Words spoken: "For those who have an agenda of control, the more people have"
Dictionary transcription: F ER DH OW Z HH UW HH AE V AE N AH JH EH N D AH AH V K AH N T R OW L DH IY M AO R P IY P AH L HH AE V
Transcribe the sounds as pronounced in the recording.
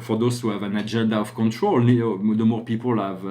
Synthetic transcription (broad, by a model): F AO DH OW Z HH UW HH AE V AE N AH JH EH N D AH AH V K AH N T R OW L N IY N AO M P IY P AH L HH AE V